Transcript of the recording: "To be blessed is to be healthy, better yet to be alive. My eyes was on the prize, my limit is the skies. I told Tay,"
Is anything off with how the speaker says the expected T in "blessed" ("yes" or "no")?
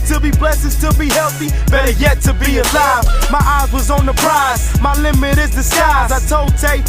yes